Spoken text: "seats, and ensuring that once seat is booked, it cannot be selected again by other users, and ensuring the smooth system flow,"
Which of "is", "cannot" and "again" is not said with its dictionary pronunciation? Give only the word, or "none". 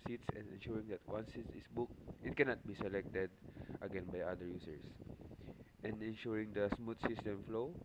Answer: is